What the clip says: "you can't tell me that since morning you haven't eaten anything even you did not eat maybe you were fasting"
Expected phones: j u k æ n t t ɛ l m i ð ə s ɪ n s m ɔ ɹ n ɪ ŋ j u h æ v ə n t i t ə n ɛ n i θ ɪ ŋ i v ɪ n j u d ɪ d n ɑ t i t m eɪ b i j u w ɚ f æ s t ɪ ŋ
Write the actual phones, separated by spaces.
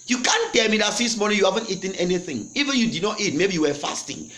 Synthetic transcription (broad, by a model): j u k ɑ n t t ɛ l m i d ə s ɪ s m ɔ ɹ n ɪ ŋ j u h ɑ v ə n t i t ə n ɛ n i θ ɪ ŋ i v ɪ n j u d ɪ d n ɑ t i t m eɪ b i j u w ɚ f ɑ s t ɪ ŋ